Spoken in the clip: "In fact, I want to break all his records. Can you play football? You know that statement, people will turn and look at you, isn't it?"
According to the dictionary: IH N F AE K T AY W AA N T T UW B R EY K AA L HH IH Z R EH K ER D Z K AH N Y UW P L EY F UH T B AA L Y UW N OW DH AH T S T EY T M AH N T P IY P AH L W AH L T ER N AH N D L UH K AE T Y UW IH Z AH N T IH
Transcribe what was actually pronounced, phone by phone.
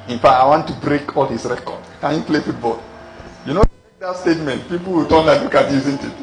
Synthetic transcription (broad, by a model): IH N F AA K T AY W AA N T T UW B R EY K AA L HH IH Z R EH K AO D K AH N Y UW P L EY F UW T B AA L Y UW N OW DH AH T S T EY T M AH N T P IY P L W AH L T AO L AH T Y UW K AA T Y UW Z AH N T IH